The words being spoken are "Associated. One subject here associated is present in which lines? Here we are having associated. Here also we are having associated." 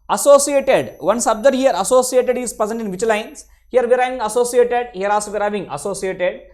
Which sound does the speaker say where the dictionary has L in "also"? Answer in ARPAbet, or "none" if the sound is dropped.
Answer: none